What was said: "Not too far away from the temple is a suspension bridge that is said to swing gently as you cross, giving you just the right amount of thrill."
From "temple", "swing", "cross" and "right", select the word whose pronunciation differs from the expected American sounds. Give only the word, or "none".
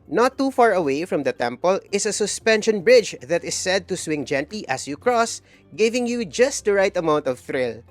none